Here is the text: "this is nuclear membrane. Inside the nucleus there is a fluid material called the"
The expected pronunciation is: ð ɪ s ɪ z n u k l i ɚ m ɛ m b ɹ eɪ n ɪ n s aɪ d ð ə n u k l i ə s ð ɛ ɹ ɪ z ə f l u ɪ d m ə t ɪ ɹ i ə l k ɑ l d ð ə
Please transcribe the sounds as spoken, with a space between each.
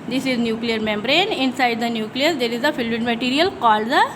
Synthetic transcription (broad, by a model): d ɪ s ɪ z n u k l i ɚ m ɛ m b ɹ eɪ n ɪ n s aɪ d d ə n u k l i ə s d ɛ ɹ ɪ z ə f l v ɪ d m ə t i ɹ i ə l k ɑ l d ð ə